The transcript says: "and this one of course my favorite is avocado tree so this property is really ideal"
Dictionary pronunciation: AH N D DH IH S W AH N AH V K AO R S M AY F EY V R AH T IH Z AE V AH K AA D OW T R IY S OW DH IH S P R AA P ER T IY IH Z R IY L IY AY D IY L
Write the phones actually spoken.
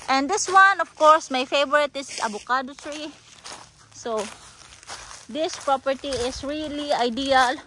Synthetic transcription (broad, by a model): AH N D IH S W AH N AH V K AO R S M AY F EY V R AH T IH S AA B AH K AA D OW S R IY S OW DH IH S P R AA P ER T IY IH S R IY L IY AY D IY L